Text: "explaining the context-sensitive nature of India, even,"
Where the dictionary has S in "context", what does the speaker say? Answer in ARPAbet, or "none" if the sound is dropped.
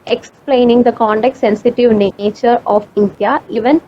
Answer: none